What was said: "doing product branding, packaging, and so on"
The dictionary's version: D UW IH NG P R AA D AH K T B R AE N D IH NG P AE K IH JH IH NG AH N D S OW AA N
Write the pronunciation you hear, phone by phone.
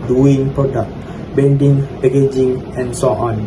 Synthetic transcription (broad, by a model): D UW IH NG P R AA D AH K T B EH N D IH NG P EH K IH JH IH NG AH N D S OW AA N